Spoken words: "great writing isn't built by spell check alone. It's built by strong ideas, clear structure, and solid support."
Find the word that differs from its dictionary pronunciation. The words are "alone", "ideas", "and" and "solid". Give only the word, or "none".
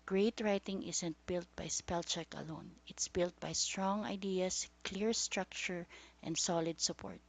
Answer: ideas